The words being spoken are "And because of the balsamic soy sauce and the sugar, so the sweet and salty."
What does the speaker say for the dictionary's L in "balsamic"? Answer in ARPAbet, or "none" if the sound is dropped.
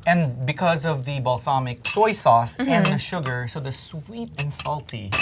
L